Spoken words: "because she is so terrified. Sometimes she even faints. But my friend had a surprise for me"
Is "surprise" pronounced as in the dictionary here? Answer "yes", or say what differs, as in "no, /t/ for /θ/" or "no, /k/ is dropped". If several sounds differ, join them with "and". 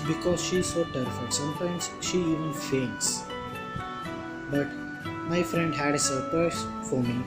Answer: no, /s/ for /z/